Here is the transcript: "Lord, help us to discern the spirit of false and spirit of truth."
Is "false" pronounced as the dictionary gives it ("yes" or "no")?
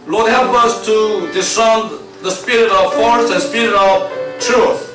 no